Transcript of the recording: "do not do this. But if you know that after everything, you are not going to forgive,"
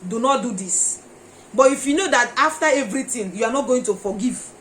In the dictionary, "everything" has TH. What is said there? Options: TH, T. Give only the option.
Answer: T